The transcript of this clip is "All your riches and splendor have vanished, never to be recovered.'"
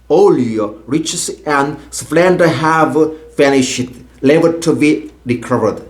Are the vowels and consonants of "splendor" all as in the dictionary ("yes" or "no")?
no